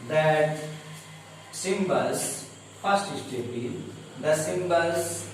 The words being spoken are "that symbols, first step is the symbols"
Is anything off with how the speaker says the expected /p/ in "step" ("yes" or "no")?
yes